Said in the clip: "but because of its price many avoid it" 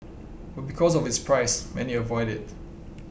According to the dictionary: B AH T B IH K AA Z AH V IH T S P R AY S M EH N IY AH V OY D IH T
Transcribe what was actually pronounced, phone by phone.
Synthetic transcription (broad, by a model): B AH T B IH K AA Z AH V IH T S P R AY S M EH N IY AH V OY D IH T